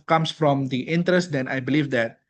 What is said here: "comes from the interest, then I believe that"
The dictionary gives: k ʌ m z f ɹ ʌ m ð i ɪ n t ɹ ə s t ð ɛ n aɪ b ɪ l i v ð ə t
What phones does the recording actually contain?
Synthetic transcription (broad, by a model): k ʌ m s f ɹ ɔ m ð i ɪ n t ɹ ə s t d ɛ n aɪ b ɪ l i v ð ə t